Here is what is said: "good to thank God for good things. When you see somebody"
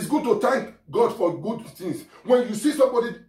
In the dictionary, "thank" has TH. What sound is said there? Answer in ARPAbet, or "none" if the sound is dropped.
T